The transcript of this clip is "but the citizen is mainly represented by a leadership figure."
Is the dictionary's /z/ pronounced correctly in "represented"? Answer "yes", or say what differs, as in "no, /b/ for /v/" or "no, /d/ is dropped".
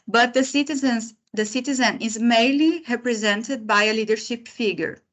yes